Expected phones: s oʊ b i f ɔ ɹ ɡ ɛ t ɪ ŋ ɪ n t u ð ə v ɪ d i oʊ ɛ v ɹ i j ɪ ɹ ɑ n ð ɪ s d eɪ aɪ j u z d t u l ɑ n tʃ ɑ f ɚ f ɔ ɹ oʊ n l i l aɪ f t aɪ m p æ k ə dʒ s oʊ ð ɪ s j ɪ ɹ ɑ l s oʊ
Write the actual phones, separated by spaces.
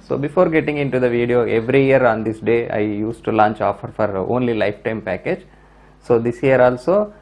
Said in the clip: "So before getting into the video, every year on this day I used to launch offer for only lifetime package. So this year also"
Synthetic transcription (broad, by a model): s oʊ b i f ɔ ɹ ɡ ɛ t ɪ ŋ ɪ n t u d ə v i d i oʊ ɛ v ɹ i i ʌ ɹ ɑ n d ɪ s d eɪ aɪ j u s t u l ɑ n tʃ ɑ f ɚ f ɔ ɹ oʊ n l i l aɪ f t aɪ m p æ k ə dʒ s oʊ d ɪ s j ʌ ɹ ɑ l s oʊ